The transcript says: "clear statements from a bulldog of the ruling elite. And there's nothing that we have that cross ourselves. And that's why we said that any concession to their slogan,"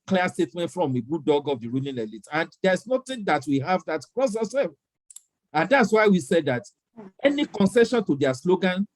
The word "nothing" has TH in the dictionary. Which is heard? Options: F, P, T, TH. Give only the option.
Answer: T